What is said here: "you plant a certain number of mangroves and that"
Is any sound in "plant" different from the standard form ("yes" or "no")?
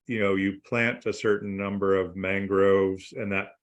no